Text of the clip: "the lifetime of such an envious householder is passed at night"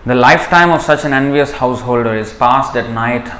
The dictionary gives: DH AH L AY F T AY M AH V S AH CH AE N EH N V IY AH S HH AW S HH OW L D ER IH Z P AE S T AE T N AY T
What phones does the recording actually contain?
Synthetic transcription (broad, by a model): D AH L AY F T AY M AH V S AH CH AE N EH N V IY AH S HH AW S HH OW L D ER IH Z P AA S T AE T N AY T